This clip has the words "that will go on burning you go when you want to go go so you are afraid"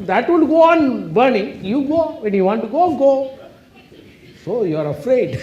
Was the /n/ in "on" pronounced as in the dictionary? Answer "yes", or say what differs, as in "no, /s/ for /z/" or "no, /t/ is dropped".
yes